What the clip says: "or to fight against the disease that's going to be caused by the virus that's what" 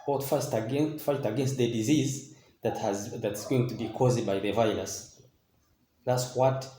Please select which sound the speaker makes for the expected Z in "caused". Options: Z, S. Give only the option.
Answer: Z